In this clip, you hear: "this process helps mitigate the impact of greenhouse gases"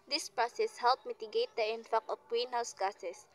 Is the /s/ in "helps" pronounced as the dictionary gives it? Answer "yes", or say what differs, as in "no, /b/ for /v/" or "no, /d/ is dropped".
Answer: no, /s/ is dropped